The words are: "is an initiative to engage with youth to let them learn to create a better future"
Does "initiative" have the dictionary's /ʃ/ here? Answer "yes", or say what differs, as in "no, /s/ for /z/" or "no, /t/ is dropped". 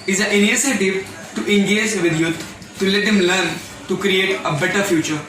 no, /s/ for /ʃ/